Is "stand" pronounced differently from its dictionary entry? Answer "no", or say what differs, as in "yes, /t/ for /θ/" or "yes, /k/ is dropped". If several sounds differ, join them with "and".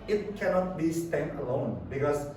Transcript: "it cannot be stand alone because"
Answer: yes, /d/ is dropped